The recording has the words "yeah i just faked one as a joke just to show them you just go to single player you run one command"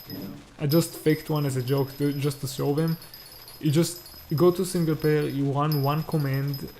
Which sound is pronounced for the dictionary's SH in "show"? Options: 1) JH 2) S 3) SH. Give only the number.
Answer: 2